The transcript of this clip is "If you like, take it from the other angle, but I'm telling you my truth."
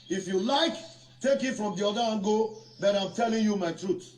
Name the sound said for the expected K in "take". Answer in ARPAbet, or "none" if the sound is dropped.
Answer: K